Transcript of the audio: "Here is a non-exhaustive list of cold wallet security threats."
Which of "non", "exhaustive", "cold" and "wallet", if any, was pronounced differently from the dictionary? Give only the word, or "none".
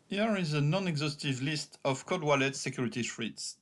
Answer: cold